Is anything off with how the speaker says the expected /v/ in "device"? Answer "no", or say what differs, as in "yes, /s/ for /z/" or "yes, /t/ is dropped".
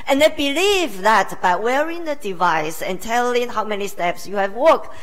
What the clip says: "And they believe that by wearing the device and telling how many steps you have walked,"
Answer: no